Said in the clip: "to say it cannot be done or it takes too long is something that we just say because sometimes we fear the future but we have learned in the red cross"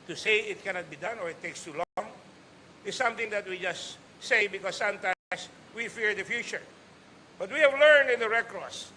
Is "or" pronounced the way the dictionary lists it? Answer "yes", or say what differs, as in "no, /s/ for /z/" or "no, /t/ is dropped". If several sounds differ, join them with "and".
yes